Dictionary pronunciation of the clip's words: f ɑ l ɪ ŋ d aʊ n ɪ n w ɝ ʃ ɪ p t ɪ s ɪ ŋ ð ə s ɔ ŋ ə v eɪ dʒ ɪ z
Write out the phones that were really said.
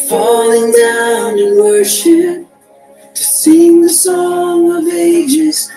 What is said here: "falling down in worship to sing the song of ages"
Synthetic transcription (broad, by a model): f ɑ l ɪ ŋ d aʊ n ɪ n w ɝ ʃ ɪ p t ɪ s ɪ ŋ ð ə s ɔ ŋ ə v eɪ dʒ ɪ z